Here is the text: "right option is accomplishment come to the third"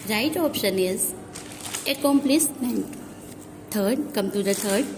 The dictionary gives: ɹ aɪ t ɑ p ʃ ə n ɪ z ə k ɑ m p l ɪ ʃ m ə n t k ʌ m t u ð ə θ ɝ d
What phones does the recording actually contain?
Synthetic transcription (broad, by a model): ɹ aɪ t ɑ p ʃ ə n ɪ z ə k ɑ m p l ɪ s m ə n t k ʌ m t u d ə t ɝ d